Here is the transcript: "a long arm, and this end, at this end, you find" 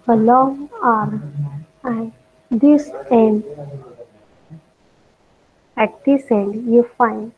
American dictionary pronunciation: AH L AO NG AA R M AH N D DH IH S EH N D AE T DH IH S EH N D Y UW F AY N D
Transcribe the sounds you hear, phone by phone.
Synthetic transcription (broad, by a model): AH L AO NG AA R AH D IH S EH N D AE T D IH S EH N D Y UW F AY N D